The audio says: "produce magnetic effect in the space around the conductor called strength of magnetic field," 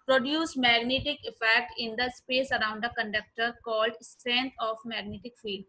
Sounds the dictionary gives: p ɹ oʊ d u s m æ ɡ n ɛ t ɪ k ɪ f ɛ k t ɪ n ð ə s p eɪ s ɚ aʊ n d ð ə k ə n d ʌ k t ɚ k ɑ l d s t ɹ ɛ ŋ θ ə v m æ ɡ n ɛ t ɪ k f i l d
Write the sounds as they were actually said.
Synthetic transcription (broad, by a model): p ɹ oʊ d u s m æ ɡ n ɛ t ɪ k ɪ f ɛ k t ɪ n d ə s p eɪ s ɚ aʊ n d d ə k ə n d ʌ k t ɚ k ɑ l d s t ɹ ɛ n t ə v m æ ɡ n ɛ t ɪ k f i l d